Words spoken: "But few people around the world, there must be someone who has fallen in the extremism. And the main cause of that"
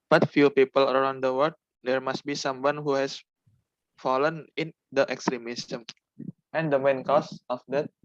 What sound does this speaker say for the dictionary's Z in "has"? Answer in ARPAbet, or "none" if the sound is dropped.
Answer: S